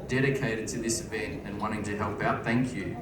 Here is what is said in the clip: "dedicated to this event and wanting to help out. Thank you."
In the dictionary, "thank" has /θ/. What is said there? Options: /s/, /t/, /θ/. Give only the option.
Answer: /θ/